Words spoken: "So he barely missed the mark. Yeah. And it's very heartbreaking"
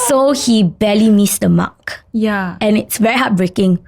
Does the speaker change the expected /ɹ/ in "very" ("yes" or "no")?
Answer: no